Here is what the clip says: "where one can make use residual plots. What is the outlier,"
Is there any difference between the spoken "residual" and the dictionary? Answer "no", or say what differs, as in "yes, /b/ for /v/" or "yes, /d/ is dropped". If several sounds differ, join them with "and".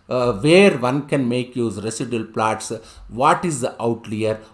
yes, /s/ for /z/